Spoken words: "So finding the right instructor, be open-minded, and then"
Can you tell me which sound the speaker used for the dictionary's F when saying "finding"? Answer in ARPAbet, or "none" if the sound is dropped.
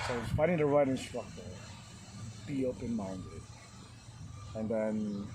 P